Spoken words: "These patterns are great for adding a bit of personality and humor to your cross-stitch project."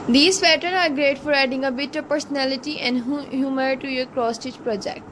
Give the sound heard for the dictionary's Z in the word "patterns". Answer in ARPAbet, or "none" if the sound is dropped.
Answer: none